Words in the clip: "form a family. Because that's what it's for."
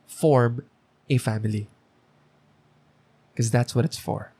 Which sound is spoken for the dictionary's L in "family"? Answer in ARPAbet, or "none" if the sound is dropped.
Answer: none